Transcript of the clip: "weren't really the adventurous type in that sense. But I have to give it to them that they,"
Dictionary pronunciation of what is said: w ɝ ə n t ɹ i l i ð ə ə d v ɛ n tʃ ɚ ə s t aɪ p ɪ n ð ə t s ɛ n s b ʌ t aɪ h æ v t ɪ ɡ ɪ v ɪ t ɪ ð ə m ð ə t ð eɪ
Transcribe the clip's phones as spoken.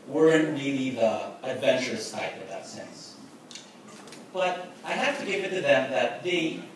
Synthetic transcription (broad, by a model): w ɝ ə n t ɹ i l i ð ə ə d v ɛ n tʃ ɚ ə s t aɪ p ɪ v ð ə t s ɛ n s b ʌ t aɪ h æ f t ɪ ɡ ɪ v ɪ t ɪ ð ə m ð ə t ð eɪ